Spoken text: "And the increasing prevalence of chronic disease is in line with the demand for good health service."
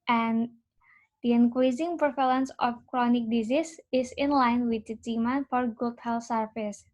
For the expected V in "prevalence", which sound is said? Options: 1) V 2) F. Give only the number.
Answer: 2